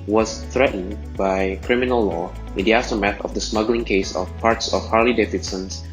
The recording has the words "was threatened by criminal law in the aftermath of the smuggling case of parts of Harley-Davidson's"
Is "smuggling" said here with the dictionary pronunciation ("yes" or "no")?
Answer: yes